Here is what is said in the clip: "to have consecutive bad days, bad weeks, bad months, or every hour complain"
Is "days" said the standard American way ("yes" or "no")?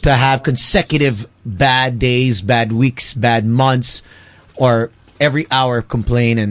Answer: yes